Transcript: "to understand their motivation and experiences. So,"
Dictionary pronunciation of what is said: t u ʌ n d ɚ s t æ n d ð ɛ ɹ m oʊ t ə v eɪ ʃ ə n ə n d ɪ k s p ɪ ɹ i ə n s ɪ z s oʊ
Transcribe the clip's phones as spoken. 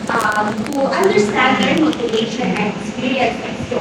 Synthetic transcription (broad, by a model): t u ʌ n d ɚ s t æ n d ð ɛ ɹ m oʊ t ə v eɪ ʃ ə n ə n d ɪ s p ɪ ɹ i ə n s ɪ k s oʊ